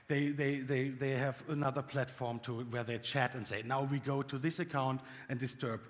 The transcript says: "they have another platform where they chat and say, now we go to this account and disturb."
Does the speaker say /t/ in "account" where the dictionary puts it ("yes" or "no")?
yes